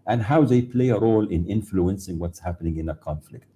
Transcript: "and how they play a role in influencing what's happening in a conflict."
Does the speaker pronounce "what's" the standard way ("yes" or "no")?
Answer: yes